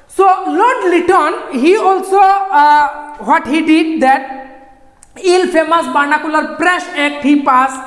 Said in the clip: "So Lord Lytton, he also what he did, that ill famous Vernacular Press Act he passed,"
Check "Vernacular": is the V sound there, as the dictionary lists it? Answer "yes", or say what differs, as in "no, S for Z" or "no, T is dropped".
no, B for V